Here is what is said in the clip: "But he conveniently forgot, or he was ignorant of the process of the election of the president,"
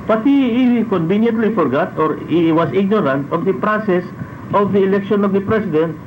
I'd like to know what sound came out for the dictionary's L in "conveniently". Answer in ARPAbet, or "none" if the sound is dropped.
L